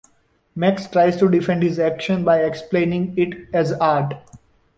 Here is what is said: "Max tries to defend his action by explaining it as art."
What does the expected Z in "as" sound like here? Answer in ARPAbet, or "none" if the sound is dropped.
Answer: Z